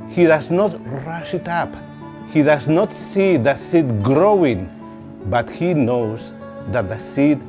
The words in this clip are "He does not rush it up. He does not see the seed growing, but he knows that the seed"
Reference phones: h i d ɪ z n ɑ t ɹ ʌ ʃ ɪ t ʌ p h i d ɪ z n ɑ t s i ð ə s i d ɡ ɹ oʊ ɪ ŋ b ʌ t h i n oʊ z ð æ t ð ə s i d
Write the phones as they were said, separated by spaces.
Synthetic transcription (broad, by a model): h i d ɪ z n ɑ t ɹ ʌ ʃ ɪ t ʌ p h i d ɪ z n ɑ t s i ð ə s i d ɡ ɹ oʊ ɪ ŋ b ʌ t h i n oʊ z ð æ t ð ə s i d